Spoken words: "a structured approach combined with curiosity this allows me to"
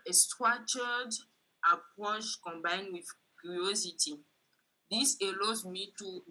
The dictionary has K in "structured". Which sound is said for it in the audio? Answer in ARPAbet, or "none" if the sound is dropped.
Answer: none